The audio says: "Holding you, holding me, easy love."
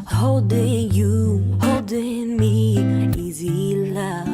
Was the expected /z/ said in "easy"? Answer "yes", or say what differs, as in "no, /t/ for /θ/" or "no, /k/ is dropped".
yes